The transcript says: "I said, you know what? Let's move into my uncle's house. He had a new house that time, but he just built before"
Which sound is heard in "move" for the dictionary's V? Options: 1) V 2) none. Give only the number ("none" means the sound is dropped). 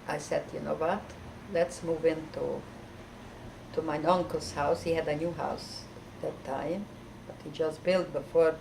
1